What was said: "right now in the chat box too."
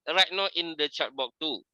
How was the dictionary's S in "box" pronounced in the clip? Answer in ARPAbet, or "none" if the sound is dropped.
none